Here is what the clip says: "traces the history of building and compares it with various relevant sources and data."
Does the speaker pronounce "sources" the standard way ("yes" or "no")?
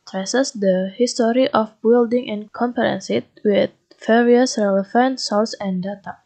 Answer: no